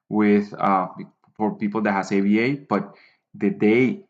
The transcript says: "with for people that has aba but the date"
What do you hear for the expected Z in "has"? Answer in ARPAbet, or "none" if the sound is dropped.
S